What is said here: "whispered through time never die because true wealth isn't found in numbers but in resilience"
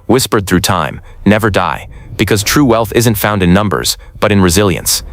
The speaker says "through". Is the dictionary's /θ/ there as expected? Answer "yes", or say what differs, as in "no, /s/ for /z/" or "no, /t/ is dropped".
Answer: yes